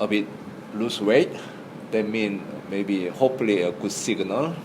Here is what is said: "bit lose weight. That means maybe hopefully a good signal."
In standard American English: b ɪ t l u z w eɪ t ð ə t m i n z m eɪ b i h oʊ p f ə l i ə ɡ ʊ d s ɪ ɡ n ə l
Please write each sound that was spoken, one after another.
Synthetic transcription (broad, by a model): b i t l u s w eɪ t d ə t m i n m eɪ b i h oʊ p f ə l i ə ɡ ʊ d s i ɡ n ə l